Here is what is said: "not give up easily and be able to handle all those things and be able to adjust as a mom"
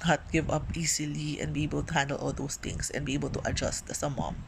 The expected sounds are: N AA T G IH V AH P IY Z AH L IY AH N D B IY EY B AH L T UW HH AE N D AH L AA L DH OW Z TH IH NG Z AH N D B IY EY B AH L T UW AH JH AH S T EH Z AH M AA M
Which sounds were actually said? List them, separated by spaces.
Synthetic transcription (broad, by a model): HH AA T G IH V AH P IY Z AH L IY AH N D B IY EY B AH L T UW HH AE N D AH L AA L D OW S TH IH NG S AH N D B IY EY B AH L T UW AH JH AH S T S AH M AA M